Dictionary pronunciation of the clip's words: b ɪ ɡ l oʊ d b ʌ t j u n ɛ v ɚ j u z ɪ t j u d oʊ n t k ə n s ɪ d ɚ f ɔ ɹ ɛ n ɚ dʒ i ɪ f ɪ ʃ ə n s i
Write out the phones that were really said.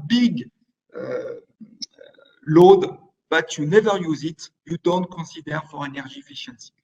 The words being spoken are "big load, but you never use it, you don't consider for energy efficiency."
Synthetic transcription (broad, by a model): b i ɡ l oʊ d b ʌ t j u n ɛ v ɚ j u z ɪ t j u d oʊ n t k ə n s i d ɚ f ɔ ɹ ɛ n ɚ ʒ i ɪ f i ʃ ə n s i